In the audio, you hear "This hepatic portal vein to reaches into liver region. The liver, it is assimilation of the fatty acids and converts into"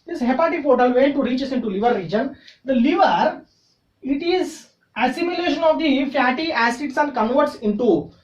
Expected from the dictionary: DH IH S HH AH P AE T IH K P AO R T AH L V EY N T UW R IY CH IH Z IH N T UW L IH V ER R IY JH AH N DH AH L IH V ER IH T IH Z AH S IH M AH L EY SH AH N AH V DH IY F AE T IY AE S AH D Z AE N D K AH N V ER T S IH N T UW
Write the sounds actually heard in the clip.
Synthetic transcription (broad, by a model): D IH S HH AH P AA T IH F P AO T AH L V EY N T UW R IY CH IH S IH N T UW L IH V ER R IY JH AH N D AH L IH V ER IH T IH Z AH S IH M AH L EY SH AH N AH V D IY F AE T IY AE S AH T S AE N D K AH N V ER T S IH N T UW